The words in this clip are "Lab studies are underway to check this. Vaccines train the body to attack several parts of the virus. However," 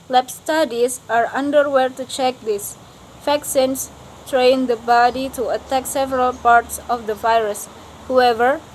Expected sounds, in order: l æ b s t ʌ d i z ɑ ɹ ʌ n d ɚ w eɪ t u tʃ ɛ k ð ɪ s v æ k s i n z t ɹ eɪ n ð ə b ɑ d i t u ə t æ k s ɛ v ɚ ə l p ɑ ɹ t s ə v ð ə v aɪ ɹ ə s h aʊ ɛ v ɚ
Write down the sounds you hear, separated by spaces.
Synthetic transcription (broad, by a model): l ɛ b s t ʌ d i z ɑ ɹ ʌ n d ɚ w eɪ t u tʃ ɛ k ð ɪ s f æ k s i n s t ɹ eɪ n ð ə b ɑ d i t u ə t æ k s ɛ v ɚ ə l p ɑ ɹ t s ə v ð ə v aɪ ɹ ə s h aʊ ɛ v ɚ